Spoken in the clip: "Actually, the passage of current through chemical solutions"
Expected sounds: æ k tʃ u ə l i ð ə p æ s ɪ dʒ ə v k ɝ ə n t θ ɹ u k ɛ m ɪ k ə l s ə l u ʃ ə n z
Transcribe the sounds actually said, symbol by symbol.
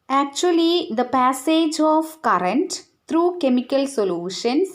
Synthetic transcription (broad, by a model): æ k tʃ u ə l i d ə p æ s ɪ dʒ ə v k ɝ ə n t t ɹ u k ɛ m ɪ k ə l s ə l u ʃ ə n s